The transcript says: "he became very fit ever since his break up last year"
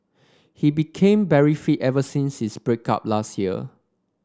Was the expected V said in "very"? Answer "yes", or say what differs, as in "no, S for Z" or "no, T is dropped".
no, B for V